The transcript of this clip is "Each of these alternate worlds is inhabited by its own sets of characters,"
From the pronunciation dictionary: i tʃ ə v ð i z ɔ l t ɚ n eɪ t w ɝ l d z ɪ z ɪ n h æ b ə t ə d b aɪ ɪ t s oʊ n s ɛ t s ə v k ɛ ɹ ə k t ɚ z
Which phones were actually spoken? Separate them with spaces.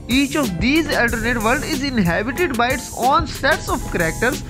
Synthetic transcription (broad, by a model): i tʃ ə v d i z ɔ l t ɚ n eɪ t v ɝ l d ɪ z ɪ n h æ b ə t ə d b aɪ ɪ t s oʊ n s ɛ t s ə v k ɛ ɹ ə k t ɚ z